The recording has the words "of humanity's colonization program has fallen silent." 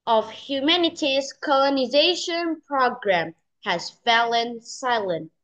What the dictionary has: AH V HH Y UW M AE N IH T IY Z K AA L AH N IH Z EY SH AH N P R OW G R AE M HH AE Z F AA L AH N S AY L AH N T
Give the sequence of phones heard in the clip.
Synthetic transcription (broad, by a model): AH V HH Y UW M AE N IH T IY Z K AA L AH N IH Z EY SH AH N P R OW G R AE M HH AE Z F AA L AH N S AY L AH N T